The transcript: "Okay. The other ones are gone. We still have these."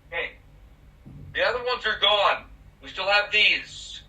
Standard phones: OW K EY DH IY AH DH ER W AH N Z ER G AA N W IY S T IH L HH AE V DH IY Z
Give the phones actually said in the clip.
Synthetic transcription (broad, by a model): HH EY DH IY AH DH ER W AH N Z ER G AA N W IY S T IH L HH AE V DH IY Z